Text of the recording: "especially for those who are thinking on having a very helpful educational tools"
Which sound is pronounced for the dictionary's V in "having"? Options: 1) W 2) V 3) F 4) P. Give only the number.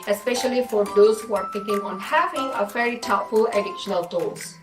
2